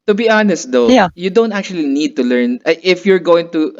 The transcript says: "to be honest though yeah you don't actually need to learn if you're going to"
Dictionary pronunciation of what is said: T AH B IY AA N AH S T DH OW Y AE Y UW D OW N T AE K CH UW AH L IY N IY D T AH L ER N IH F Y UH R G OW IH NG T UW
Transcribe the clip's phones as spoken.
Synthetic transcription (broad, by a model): T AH B IY AA N AH S T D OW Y Y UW D OW N T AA K CH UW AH L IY N IY D T AH L ER N IH F Y UH R G OW IH NG T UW